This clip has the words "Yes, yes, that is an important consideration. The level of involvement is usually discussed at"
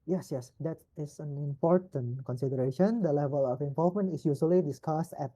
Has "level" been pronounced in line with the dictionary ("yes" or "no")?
yes